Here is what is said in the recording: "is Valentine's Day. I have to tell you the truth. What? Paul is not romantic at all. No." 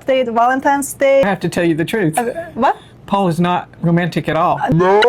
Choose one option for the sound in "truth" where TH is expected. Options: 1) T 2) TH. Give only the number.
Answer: 2